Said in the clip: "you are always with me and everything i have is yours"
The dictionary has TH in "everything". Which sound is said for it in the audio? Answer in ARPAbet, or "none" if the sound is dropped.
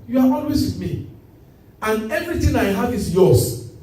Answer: T